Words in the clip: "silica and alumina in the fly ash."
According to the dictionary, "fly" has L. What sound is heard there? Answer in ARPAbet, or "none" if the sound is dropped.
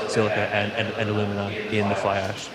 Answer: L